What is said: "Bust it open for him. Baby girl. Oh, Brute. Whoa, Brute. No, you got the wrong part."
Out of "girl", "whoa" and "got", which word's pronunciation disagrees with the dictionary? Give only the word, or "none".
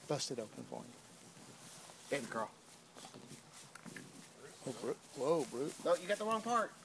girl